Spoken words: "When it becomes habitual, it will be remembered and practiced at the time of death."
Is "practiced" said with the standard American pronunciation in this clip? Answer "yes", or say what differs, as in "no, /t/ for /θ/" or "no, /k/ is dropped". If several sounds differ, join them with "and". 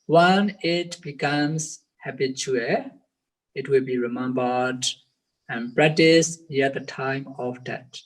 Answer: no, /k/ is dropped